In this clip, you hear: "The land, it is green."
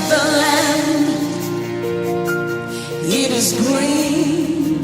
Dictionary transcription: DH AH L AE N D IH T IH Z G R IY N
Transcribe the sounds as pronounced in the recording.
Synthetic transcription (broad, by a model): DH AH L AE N IH T IH Z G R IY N